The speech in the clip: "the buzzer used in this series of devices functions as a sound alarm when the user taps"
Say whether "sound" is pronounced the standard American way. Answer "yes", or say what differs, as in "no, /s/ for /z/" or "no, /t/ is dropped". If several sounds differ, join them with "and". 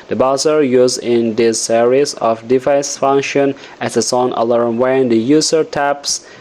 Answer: no, /d/ is dropped